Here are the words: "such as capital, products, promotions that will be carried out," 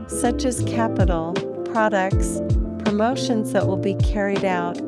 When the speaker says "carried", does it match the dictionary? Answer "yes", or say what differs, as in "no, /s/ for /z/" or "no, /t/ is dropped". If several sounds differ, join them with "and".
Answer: yes